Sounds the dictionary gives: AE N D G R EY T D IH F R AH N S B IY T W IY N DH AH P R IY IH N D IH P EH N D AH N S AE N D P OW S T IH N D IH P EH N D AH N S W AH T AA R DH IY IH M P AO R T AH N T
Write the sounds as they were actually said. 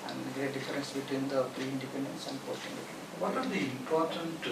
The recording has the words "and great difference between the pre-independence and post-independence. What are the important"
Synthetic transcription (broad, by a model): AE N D G R EY T D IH F R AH N S B IY T W IY N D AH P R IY IH N D IH P EH N D AH N S AE N D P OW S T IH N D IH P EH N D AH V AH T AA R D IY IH M P AO R T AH N T